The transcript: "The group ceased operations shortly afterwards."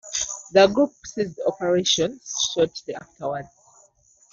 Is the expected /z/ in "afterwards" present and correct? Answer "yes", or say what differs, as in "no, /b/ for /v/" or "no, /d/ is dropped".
no, /z/ is dropped